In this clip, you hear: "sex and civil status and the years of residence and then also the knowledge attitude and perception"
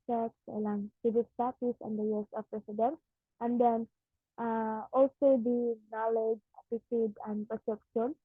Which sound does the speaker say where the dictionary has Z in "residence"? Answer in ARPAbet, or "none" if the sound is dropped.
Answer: S